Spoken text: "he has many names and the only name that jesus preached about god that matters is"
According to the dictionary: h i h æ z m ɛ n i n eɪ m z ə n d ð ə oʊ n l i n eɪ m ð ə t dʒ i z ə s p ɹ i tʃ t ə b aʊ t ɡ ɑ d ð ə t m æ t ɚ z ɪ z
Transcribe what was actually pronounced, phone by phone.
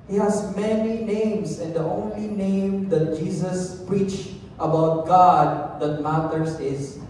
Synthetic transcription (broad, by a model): h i h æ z m ɛ n i n eɪ m s ə n d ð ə oʊ n l i n eɪ m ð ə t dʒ i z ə s p ɹ i tʃ t ə b aʊ t ɡ ɑ d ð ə t m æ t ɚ s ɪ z